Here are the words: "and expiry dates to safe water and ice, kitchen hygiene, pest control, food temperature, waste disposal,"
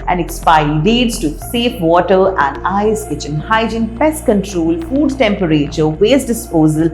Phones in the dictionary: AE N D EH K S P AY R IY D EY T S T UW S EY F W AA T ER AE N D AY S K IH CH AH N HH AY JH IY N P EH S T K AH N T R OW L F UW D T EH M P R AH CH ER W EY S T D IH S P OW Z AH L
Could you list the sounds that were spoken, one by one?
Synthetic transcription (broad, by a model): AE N D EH K S P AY IY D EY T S T UW S EY F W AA T ER AE N D AY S K IH CH AH N HH AY JH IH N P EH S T K AH N T R OW L F UW D T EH M P R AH CH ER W EY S D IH S P OW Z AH L